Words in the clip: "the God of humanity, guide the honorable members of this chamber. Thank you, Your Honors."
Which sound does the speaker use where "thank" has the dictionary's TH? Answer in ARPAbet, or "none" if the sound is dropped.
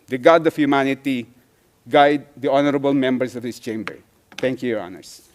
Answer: T